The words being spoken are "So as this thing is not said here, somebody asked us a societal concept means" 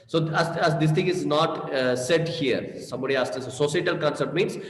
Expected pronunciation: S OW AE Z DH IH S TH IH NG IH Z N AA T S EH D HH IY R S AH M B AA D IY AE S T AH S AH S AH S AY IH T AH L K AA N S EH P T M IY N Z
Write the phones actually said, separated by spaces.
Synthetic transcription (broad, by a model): S OW AE Z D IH S T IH NG IH Z N AA T S EH D HH IY R S AH M B AA D IY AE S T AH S S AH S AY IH T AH L K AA N S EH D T M IY N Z